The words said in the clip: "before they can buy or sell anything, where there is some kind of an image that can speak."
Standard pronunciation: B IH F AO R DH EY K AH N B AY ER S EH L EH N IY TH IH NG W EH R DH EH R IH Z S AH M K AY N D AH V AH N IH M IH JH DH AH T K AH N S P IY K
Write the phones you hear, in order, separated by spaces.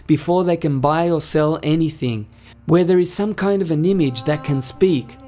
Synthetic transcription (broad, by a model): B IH F AO R DH EY K AH N B AY ER S EH L EH N IY TH IH NG W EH R DH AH R IH Z S AH M K AY N D AH V AH N IH M IH JH DH AH T K AH N S P IY K